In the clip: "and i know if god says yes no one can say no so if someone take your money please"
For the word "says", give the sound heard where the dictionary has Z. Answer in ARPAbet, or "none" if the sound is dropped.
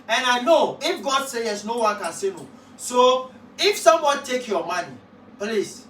none